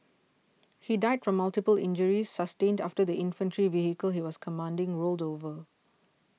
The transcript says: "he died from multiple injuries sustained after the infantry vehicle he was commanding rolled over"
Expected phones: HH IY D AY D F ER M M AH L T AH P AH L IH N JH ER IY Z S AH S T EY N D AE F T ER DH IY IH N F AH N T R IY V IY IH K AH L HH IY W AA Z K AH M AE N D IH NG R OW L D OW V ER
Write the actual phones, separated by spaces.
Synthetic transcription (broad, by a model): HH IY D AY D F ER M M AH L T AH P AH L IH N JH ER IY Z S AH S T EY N D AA F T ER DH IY IH N F AH N T R IY V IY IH K AH L HH IY W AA S K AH M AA N D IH NG R OW L D OW V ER